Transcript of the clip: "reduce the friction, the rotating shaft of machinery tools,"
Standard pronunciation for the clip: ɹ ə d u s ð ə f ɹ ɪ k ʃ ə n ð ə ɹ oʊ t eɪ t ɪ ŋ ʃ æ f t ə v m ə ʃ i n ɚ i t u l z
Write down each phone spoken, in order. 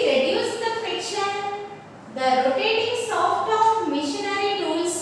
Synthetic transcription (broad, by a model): ɹ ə d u s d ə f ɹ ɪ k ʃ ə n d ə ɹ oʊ t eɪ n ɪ ŋ s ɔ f t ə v m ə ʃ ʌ n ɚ i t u l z